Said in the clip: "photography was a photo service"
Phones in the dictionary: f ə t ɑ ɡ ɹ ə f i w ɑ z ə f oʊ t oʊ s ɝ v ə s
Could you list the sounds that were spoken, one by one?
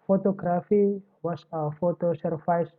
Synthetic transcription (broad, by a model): f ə t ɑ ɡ ɹ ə f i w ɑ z ə f oʊ t oʊ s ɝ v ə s